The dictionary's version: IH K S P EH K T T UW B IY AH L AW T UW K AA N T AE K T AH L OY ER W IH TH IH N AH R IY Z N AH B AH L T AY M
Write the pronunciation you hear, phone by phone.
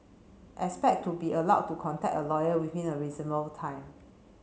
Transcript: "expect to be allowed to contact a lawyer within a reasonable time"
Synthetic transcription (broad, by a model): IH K S P EH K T T UW B IY AH L AW T UW K AA N T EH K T AH L OY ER W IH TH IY N AH R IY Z AH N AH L T AY M